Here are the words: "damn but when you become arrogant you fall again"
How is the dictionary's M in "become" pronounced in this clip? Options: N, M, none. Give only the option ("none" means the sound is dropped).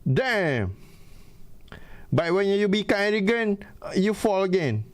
none